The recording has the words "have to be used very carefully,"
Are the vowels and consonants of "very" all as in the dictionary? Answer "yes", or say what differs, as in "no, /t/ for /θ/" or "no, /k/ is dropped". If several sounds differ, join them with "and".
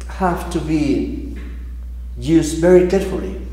yes